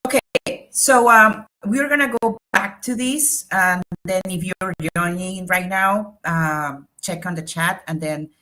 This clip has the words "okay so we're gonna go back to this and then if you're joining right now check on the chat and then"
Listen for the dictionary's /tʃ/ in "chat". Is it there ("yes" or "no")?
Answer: yes